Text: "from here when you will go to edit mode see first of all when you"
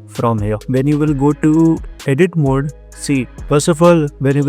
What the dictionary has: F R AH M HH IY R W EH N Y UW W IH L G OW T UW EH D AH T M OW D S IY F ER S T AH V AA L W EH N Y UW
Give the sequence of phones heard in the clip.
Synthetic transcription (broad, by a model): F R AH M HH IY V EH N Y UW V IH L G OW T UW EH D AH T M OW D S IY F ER S AH F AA L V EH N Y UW